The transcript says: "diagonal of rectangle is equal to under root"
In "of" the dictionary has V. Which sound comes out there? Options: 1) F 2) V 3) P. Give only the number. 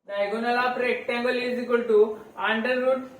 3